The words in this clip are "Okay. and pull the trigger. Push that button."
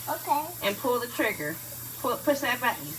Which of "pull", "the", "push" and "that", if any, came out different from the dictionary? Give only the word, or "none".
push